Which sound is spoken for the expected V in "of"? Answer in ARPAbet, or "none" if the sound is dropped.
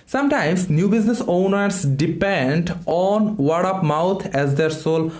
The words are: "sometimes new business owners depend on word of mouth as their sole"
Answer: P